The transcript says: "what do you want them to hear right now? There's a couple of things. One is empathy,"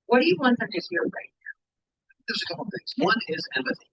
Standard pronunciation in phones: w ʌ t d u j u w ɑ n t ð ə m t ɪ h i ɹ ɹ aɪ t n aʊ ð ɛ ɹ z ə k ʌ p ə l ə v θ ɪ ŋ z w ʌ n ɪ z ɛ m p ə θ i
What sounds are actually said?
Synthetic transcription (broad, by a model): w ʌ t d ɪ j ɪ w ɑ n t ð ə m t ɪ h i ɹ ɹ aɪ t n aʊ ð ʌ ɹ z ə k ʌ p l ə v θ ɪ ŋ z w ʌ n ɪ z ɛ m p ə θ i